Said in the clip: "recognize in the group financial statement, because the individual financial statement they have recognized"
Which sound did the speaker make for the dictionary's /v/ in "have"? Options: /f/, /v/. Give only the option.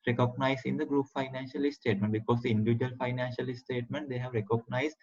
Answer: /v/